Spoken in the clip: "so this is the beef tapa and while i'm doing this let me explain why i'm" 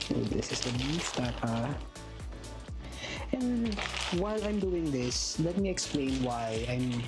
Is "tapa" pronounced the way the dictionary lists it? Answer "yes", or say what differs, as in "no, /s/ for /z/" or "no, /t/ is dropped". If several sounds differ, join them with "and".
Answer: no, /p/ is dropped